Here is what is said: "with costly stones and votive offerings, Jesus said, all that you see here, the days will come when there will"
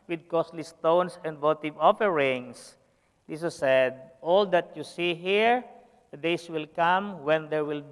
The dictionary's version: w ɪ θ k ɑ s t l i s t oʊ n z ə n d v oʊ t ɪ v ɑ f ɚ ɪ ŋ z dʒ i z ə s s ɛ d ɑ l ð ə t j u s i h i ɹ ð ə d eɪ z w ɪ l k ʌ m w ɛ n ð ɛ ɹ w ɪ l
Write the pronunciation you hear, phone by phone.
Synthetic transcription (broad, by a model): w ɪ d k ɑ s t l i s t oʊ n s ə n d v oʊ t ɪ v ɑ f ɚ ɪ ŋ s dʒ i s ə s s ɛ d ɑ l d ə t j u s i h i ɹ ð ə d eɪ s w ɪ l k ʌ m w ɛ n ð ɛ ɹ w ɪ l